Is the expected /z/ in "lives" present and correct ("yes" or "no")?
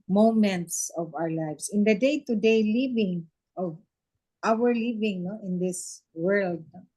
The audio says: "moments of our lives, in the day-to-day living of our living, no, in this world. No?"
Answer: no